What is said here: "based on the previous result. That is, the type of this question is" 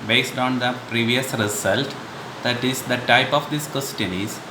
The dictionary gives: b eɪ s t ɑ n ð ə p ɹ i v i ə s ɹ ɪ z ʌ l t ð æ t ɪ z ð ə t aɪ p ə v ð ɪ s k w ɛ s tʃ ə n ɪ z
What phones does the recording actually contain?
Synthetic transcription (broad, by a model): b eɪ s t ɑ n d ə p ɹ i v i ə s ɹ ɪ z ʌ l t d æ t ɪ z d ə t aɪ p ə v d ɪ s k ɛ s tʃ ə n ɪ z